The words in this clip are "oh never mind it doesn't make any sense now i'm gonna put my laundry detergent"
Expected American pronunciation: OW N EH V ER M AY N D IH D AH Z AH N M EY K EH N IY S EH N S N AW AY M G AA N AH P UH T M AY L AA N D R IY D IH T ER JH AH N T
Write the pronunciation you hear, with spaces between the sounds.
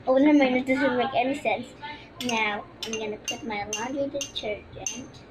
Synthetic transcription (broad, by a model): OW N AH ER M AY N IH D AH Z AH N M EY K EH N IY S EH N S N AW AY M G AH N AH P UH T M AY L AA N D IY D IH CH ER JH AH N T